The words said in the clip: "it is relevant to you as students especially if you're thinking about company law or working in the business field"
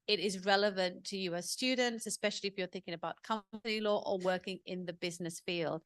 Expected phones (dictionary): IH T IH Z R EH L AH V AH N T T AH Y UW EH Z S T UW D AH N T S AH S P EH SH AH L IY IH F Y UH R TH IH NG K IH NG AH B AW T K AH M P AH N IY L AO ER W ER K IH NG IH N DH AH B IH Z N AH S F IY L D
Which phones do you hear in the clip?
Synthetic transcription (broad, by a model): IH T IH Z R EH L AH V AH N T T AH Y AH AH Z S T UW D N T S AH S P EH SH AH L IY IH F Y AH R TH IH NG K IH NG AH B AW T K AH P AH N IY L AO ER W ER K IH NG IH N DH AH B IH Z N AH S F IY L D